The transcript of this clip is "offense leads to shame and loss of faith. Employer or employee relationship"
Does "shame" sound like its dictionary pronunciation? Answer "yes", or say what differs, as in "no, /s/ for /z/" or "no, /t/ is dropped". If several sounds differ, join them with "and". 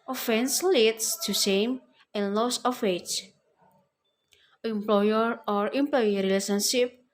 no, /s/ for /ʃ/